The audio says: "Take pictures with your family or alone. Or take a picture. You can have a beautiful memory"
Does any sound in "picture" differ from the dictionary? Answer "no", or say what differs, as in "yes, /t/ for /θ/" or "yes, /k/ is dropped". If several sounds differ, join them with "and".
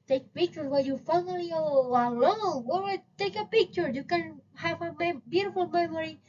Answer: no